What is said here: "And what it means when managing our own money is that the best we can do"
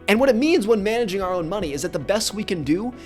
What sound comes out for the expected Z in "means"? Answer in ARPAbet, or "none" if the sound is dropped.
Z